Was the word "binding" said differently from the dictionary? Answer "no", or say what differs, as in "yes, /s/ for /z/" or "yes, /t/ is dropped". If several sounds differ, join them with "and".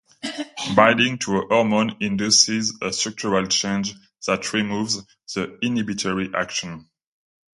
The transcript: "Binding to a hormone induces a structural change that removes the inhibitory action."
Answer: yes, /n/ is dropped